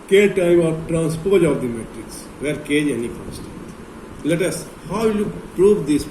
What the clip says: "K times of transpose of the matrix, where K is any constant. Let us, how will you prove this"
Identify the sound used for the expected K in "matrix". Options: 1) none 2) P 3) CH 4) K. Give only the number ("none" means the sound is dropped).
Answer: 4